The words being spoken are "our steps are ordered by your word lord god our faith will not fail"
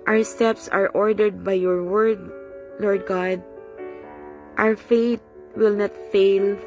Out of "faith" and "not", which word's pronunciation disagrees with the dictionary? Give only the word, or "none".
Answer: faith